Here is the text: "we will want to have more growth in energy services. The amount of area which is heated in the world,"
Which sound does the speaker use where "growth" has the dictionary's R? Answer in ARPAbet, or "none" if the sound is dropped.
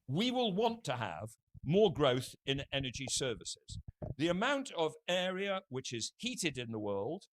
R